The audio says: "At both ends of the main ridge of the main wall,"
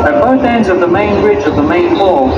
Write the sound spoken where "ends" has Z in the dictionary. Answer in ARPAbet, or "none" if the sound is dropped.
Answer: Z